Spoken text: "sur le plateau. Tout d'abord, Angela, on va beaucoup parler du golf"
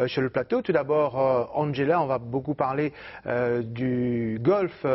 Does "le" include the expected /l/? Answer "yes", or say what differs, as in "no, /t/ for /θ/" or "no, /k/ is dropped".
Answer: yes